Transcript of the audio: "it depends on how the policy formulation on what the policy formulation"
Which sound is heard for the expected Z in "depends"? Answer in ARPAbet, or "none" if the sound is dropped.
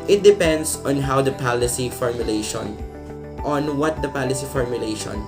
S